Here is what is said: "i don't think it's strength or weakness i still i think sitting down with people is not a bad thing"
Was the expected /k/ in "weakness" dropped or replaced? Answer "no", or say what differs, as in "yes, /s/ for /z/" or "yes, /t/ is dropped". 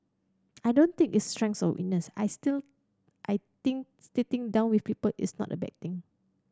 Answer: yes, /k/ is dropped